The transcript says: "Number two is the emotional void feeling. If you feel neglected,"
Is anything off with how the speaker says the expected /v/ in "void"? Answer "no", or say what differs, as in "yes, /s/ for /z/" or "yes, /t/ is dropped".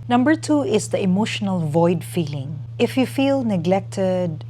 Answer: no